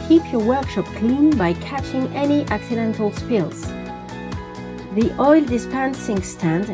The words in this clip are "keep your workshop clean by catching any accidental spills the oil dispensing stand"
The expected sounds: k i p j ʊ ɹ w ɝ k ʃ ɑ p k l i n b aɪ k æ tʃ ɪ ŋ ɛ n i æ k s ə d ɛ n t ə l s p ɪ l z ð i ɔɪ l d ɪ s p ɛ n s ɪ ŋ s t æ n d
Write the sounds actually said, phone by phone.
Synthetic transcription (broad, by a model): k i p j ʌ ɹ w ɝ k ʃ ɑ p k l i n b aɪ k æ tʃ ɪ ŋ ɛ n i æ k s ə d ɛ n t l s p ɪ l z ð i ɔɪ l d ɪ s p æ n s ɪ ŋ s t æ n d